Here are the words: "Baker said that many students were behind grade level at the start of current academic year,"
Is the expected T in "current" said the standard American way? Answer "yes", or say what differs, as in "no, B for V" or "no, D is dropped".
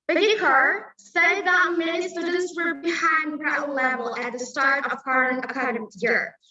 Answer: no, T is dropped